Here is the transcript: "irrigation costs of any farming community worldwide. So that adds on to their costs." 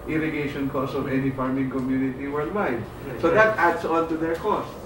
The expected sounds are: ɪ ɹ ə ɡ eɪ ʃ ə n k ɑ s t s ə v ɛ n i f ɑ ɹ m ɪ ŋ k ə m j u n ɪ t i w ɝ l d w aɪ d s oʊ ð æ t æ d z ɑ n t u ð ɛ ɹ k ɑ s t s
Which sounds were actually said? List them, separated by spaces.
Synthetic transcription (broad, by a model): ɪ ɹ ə ɡ eɪ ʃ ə n k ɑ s s ə v ɛ n i f ɑ ɹ m ɪ ŋ k ə m j u n ɪ t i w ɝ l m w aɪ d s oʊ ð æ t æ d s ɑ n t u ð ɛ ɹ k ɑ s s